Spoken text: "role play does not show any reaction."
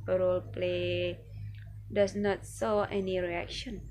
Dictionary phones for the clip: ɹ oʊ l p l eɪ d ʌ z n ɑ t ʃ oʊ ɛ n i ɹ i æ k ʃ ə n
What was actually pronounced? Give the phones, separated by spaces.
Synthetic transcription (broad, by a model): ɹ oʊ l p l eɪ d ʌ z n ɑ t s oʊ ɛ n i ɹ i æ k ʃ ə n